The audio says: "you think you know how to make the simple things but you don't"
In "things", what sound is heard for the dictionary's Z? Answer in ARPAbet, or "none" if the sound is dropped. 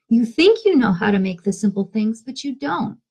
Z